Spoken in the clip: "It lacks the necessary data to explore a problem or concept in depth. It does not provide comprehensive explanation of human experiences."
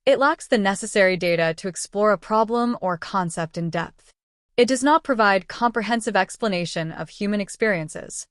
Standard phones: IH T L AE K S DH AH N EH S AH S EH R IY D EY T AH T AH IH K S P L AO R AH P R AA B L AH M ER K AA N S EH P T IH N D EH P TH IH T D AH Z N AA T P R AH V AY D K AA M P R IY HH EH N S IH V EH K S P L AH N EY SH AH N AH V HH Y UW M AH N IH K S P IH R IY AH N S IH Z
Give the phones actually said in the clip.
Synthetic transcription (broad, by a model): IH T L AE K S DH AH N EH S AH S EH R IY D EY T AH T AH IH K S P L AO R AH P R AA B L AH M ER K AA N S EH P T IH N D EH P TH IH T D AH Z N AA T P R AH V AY D K AA M P R IY HH EH N S IH V EH K S P L AH N EY SH AH N AH V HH Y UW M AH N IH K S P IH R IY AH N S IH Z